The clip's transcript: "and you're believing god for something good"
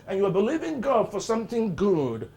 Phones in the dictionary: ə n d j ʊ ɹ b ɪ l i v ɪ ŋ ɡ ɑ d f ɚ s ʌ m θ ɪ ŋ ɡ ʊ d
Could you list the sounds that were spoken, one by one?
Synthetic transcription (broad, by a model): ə n j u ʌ b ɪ l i v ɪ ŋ ɡ ɑ d f ɚ s ʌ m θ ɪ ŋ ɡ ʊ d